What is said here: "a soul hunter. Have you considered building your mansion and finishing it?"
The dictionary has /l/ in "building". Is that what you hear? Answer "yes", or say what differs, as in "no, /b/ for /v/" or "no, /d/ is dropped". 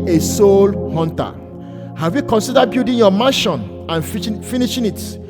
no, /l/ is dropped